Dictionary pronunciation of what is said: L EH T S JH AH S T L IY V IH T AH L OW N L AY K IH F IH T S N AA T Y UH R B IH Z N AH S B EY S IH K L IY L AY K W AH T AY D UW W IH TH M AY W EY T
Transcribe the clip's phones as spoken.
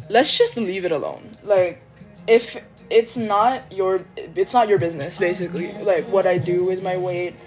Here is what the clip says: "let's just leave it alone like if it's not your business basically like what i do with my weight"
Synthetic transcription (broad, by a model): L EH T S JH AH S T L IY V IH T AH L OW N L AY K IH F IH T S N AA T Y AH R B IH Z N AH S B EY S IH K L IY L AY K W AH T AY D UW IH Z M AY W EY T